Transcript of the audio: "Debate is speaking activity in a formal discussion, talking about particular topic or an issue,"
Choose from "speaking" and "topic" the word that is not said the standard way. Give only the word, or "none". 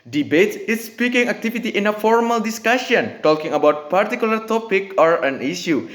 none